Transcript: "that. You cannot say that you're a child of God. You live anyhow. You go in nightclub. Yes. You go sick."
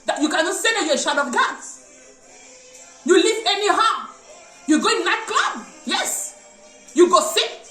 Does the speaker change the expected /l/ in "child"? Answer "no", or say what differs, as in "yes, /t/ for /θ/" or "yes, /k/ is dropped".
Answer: yes, /l/ is dropped